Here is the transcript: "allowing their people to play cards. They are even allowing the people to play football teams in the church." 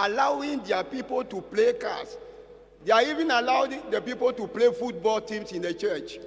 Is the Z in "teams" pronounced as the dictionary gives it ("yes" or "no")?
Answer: no